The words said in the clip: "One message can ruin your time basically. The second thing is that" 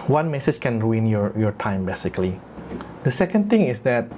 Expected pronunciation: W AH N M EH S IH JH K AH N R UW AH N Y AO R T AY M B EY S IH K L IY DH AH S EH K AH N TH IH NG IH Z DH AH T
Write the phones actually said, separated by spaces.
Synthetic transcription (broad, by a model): W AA N M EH S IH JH K AH N R UW AH N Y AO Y T AY M B EY S IH K L IY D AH S EH K AH N T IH NG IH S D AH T